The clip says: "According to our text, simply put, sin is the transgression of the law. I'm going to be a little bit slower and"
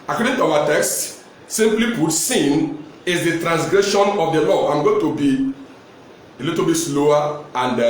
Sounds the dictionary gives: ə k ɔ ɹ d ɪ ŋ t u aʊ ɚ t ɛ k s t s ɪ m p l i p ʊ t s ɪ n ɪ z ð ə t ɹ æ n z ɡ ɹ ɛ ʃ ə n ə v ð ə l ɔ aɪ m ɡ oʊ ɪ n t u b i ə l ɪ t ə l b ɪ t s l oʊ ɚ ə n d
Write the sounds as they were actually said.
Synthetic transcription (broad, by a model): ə k ɔ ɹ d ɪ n t u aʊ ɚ t ɛ k s t s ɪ m p l i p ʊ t s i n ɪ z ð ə t ɹ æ n s ɡ ɹ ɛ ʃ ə n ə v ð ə l ɔ aɪ m ɡ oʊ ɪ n t u b i ə l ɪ t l b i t s l oʊ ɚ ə n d